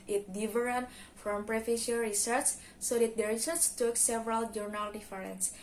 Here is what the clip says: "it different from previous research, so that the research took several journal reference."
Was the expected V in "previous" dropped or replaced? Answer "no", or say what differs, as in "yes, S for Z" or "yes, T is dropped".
yes, F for V